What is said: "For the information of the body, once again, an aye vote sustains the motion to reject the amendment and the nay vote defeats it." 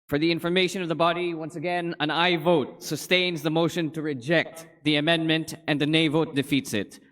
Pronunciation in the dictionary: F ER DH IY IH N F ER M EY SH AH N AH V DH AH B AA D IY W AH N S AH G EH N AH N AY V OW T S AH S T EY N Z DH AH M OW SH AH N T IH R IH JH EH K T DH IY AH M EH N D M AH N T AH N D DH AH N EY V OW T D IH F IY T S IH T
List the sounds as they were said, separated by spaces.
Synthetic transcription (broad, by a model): F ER DH IY IH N F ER M EY SH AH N AH V DH AH B AA D IY W AH N S AH G EH N AH N AY V OW T S AH S T EY N Z DH AH M OW SH AH N T IH R IH JH EH K T DH IY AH M EH N M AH N T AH N DH AH N EY V OW T D IH F IY T S IH T